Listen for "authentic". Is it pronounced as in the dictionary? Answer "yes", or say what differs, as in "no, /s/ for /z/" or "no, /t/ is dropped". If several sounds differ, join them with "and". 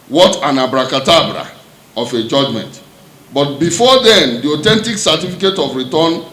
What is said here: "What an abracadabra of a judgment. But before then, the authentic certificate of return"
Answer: no, /t/ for /θ/